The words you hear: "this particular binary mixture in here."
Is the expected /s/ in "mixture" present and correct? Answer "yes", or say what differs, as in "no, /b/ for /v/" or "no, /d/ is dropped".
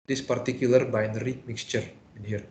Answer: yes